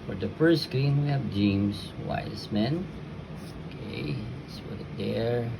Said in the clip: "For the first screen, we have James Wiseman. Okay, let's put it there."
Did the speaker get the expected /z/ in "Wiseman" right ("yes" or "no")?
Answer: no